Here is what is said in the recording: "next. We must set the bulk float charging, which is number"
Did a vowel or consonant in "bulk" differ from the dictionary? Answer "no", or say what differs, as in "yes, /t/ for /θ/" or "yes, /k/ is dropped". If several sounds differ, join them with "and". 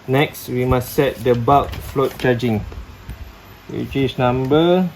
yes, /l/ is dropped